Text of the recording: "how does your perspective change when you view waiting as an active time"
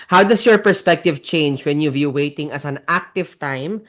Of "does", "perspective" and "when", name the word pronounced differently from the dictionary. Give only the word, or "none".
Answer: does